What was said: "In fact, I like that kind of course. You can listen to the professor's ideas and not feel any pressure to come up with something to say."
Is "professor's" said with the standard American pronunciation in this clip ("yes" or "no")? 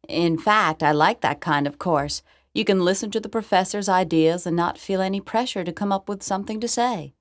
yes